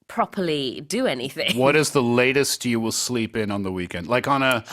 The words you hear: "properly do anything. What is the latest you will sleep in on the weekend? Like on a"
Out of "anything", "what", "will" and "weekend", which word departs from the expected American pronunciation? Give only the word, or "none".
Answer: none